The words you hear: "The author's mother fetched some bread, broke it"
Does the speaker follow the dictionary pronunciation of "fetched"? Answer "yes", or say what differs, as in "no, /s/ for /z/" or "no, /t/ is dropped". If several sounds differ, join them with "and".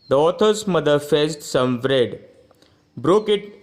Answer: no, /s/ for /tʃ/